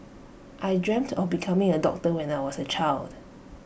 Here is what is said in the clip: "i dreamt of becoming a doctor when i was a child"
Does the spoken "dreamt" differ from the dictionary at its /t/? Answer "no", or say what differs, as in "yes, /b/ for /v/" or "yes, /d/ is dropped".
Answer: no